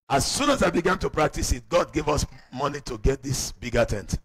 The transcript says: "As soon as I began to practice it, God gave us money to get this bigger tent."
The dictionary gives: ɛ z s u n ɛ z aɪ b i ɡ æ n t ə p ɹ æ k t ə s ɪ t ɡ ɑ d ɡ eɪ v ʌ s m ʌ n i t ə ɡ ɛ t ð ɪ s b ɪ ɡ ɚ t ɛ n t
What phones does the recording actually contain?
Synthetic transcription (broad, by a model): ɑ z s u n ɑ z aɪ b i ɡ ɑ n t ə p ɹ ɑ k t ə s ɪ t ɡ ɑ d ɡ eɪ v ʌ s m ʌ n i t ə ɡ ɛ t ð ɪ s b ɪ ɡ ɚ t ɛ n t